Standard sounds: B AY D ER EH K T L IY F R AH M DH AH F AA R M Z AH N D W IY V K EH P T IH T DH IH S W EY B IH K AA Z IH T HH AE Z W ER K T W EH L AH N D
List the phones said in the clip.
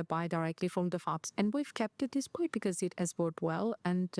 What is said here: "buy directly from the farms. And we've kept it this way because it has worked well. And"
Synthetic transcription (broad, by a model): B AY D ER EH K T L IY F R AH M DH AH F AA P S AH N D W IY V K EH P T IH T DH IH S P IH B IH K AA Z IH T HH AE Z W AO T W EH L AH N